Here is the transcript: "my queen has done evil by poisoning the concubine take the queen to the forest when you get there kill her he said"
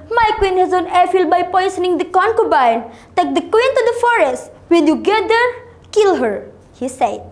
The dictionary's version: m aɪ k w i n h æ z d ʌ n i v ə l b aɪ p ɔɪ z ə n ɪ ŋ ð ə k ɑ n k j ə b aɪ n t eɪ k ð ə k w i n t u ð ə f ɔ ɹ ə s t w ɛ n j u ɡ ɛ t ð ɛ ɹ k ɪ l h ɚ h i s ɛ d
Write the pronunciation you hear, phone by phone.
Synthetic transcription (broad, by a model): m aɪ k w i n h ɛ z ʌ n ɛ f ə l b aɪ p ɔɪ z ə n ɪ ŋ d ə k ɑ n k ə b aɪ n t eɪ k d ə k w i n t u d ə f ɔ ɹ ə s t w ɛ n j u ɡ ɛ t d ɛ ɹ k ɪ l h ɚ h i s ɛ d